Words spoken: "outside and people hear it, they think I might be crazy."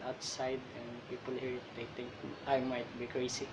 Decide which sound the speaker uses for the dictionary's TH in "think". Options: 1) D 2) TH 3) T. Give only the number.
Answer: 3